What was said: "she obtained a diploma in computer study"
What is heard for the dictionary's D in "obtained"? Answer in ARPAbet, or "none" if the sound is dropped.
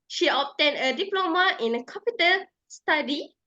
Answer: none